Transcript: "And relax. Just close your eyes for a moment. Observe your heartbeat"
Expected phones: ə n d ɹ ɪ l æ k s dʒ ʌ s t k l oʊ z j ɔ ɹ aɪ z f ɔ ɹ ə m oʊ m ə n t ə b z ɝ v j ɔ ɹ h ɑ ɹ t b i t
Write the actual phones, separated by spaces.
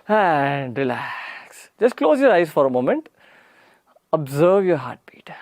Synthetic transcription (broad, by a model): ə n d ɹ ɪ l æ k s dʒ ʌ s t k l oʊ z j ɔ ɹ aɪ z f ɔ ɹ ə m oʊ m ə n t ə b z ɝ v j ɔ ɹ h ɑ ɹ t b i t